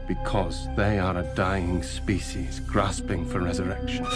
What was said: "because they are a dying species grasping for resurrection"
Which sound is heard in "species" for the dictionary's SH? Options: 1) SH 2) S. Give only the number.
1